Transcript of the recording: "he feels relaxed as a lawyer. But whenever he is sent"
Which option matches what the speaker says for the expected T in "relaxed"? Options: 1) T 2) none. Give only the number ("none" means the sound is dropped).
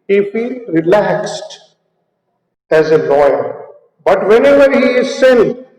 1